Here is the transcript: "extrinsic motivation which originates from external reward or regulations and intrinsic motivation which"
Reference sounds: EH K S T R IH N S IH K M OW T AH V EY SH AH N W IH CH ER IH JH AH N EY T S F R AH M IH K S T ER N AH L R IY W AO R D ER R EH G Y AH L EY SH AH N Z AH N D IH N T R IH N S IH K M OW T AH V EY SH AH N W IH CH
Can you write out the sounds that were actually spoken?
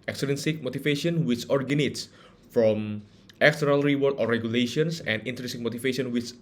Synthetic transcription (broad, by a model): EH K S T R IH N S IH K M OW T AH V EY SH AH N W IH CH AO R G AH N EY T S F R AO M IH K S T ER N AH L R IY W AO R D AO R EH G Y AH L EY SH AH N S AH N D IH N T R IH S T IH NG M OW T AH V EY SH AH N W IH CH